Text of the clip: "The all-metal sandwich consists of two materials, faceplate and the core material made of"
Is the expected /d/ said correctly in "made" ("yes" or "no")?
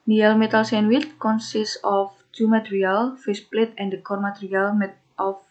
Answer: no